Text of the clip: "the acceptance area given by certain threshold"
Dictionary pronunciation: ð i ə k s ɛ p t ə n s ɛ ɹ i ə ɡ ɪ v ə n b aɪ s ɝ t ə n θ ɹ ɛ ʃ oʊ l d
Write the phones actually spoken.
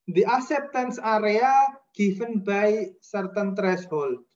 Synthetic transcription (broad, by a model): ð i ə k s ɛ p t ə n s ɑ ɹ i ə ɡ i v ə n b aɪ s ɝ t ə n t ɹ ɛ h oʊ l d